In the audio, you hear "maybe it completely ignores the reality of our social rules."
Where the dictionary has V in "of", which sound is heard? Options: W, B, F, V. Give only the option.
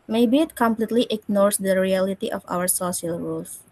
F